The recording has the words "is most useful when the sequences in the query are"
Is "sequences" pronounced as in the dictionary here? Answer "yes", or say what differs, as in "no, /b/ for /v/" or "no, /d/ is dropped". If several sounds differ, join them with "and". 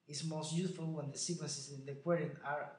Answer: no, /n/ is dropped